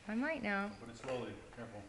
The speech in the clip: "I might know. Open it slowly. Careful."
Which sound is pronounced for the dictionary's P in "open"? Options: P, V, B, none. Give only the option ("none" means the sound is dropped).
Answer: B